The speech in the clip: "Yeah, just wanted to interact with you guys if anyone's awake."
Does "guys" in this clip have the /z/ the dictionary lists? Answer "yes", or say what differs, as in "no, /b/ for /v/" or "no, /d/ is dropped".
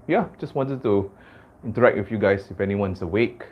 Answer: no, /s/ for /z/